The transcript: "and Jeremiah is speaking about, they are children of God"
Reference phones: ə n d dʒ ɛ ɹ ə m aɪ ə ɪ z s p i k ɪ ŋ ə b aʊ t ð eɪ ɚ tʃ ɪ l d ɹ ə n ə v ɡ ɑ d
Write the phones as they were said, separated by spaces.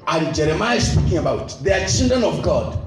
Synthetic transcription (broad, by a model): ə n dʒ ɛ ɹ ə m aɪ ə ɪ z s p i k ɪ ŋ ə b aʊ t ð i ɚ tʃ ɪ n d ə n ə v ɡ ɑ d